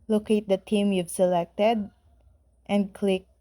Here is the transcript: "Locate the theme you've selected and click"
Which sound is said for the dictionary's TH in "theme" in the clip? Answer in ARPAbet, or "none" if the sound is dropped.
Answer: T